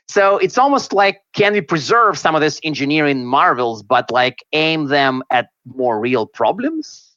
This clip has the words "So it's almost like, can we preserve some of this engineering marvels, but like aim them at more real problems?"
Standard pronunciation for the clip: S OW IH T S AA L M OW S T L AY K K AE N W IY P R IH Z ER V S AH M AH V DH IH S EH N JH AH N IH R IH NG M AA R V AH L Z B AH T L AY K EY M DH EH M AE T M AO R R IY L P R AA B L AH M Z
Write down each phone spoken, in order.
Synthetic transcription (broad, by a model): S OW IH T S AA L M OW S T L AY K K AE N W IY P R IH Z ER V S AH M AH V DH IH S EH N JH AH N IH R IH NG M AA R V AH L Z B AH T L AY K EY M DH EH M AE T M AO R R IY L P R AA B L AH M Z